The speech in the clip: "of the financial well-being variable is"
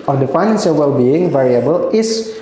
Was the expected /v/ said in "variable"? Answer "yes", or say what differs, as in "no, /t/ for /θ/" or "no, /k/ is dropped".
yes